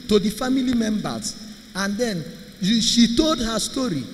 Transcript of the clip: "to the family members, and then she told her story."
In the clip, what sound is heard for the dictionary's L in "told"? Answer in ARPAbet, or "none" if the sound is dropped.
L